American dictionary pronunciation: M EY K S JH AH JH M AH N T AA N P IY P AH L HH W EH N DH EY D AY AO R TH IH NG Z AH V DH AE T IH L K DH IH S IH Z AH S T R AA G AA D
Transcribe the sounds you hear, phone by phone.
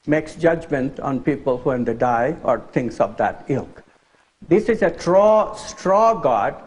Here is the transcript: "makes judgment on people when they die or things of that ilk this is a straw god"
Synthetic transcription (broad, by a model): M EY K S JH AH JH M AH N T AA N P IY P AH L HH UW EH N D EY D AY AO R T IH NG S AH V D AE T IH L K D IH S IH Z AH S T R AA G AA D